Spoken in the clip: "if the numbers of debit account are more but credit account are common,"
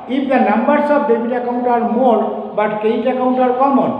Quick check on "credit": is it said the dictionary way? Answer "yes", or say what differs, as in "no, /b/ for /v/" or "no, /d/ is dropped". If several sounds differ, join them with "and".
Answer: no, /ɹ/ is dropped